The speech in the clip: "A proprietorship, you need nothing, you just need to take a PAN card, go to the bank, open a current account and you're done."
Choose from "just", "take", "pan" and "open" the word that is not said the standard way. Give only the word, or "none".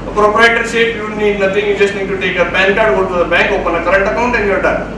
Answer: pan